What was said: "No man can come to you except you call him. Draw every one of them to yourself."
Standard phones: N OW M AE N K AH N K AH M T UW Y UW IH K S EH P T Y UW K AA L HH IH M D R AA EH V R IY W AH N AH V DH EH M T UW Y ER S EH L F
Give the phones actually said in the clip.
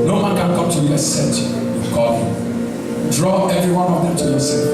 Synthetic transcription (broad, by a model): N OW M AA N K AH N K AH M T UW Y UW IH S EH T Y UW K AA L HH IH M D R AA EH V R IY W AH N AH V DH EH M T UW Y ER S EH